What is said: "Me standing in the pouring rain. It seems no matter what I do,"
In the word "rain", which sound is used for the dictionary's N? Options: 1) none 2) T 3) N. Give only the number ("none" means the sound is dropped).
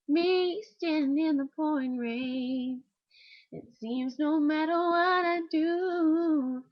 1